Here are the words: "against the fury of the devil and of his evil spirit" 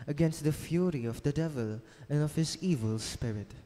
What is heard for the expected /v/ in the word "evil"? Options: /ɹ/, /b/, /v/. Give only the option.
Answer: /v/